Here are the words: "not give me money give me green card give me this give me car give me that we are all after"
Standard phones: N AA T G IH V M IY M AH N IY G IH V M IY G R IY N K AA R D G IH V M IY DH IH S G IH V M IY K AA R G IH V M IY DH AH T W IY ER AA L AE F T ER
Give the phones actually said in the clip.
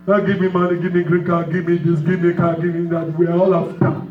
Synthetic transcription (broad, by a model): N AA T G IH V M IY M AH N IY G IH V M IY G R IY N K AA G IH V M IY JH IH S G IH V M IY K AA G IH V M IY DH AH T W IY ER AA L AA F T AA